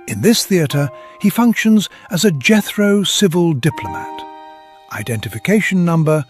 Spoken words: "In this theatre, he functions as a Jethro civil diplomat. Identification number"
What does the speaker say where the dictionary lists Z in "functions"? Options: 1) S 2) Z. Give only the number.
2